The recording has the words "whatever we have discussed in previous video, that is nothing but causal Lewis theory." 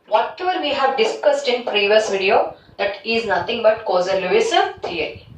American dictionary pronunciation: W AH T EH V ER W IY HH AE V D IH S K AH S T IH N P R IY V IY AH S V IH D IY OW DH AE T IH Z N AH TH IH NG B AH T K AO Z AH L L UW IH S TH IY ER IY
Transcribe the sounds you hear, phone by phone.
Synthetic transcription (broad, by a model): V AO T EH V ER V IY HH AE V D IH S K AH S T IH N P R IY V IY AH S V IH D IY OW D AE T IH Z N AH T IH NG B AH T K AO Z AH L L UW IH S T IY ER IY